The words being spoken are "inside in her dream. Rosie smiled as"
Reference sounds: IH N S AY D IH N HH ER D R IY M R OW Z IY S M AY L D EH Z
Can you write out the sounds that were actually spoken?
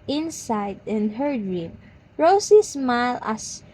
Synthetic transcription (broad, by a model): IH N S AY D IH N HH ER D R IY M R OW S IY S M AY L AA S